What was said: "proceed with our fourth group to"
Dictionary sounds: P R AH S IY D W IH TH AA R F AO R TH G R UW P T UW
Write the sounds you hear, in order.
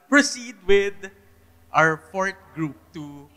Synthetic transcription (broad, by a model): P R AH S IY D W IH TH AA R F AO R T G R UW P T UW